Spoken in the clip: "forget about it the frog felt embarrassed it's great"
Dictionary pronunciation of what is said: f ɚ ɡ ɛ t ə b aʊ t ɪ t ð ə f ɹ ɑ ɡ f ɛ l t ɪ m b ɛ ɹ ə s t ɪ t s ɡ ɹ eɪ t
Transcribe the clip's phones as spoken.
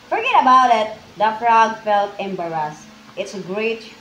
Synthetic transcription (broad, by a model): f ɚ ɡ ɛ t ə b aʊ t ɪ t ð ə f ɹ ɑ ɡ f ɛ l t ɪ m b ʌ ɹ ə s ɪ t s ɡ ɹ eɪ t